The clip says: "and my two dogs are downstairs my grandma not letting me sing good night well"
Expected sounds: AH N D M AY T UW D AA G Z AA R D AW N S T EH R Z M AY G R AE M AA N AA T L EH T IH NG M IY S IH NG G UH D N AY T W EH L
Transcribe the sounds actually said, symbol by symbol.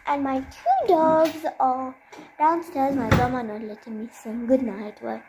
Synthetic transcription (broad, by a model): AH N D M AY T UW D AA G Z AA L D AW N S T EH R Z M AY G AH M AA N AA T L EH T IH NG M IY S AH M G UH D N AY T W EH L